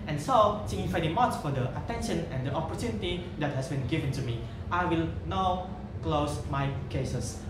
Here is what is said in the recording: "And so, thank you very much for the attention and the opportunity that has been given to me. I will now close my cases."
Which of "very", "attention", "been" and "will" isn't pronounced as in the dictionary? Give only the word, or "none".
very